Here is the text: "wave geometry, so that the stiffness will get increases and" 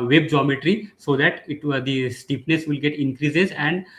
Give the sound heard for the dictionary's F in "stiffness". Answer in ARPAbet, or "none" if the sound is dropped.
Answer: P